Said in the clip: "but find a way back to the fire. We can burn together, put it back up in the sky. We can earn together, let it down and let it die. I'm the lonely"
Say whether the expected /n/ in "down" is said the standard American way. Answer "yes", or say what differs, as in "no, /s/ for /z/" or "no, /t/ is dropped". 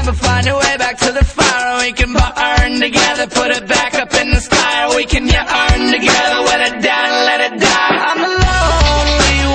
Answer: no, /n/ is dropped